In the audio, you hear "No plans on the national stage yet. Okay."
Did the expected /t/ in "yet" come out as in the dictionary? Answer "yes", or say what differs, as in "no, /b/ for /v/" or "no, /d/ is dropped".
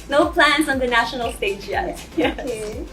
no, /t/ is dropped